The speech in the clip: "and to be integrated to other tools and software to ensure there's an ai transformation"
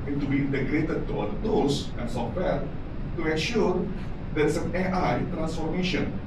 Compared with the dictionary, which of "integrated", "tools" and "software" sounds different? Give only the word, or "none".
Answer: tools